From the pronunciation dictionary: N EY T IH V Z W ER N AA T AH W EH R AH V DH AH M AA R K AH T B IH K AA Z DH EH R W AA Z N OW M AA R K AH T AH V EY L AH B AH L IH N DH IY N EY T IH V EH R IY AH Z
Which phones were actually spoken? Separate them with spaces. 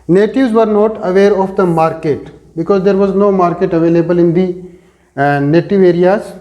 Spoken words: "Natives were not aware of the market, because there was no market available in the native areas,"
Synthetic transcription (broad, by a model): N EY T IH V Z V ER N AA T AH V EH R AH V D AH M AA R K AH T B IH K AA Z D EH R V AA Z N OW M AA R K AH T AH V EY L AH B AH L IH N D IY N EY T IH V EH R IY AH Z